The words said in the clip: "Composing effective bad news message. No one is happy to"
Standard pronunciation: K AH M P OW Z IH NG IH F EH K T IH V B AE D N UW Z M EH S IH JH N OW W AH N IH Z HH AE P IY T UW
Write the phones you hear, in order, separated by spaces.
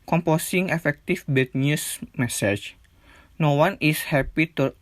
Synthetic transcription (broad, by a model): K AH M P OW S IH NG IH F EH K T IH F B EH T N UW S M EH S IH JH N OW W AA N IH S HH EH P IY T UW